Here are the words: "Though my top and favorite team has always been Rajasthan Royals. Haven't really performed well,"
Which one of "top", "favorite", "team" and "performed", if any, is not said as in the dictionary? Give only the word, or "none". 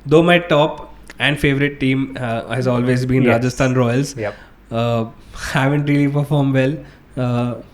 none